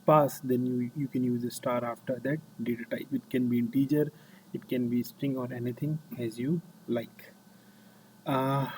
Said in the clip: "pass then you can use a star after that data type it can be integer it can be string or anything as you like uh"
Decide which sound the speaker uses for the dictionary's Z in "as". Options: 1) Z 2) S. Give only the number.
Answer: 1